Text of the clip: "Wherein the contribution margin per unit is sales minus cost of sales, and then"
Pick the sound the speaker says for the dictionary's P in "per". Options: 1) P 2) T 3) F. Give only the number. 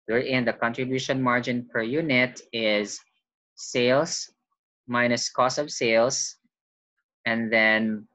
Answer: 1